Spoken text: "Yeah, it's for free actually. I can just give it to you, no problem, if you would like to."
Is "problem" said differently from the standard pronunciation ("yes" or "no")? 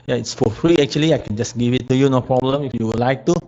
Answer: no